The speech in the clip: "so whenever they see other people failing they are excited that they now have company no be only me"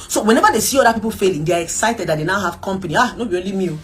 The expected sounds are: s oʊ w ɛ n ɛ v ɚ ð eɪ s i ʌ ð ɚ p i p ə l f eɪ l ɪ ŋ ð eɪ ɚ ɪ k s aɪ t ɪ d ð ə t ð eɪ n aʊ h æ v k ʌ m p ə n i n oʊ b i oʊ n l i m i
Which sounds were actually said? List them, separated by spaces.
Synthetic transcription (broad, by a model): s oʊ w ɛ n ɛ v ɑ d eɪ s i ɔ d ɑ p i p ə l f eɪ l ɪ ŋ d eɪ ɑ ɪ k s aɪ t ɪ d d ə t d eɪ n aʊ h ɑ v k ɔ m p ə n i n oʊ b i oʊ l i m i